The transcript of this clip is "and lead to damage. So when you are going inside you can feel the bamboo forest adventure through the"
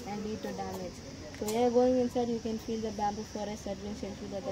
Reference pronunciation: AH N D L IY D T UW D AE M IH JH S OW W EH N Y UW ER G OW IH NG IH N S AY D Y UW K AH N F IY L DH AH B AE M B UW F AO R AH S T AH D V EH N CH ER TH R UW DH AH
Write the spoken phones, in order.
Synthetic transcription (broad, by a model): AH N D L IY D T UW D AE M IH JH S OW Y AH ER G OW IH NG IH N S AY D Y UW K AH N F IY L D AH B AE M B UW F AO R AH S AH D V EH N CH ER T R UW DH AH